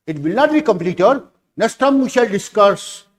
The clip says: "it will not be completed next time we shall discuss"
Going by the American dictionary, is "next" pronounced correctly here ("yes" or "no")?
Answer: no